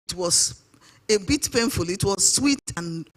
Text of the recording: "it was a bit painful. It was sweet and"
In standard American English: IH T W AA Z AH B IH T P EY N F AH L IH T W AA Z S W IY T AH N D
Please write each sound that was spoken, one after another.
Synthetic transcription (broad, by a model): T W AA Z AH B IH T P EY N F AH L IH T W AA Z S W IY T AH N